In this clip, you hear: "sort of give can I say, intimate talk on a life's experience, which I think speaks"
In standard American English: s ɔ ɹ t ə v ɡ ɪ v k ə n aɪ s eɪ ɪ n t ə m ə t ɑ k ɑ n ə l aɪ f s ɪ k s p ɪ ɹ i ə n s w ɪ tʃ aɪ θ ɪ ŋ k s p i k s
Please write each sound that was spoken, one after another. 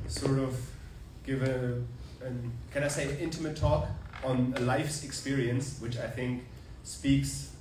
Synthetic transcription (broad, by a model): s ɔ ɹ t ə v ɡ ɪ v k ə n aɪ s eɪ ɪ n t ə m ə t ɑ k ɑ n ə l aɪ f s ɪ k s p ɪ ɹ i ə n s w ɪ tʃ aɪ θ ɪ ŋ k s p i k s